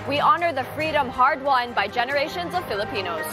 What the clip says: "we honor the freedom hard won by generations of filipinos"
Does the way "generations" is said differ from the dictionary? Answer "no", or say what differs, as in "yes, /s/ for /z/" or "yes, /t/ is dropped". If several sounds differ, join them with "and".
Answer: no